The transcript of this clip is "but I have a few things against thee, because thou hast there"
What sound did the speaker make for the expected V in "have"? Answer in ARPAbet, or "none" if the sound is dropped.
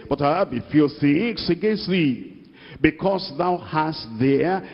B